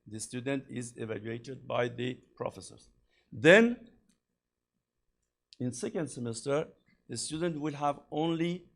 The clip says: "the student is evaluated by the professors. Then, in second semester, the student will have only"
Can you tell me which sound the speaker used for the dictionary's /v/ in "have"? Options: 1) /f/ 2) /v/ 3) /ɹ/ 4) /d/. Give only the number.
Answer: 2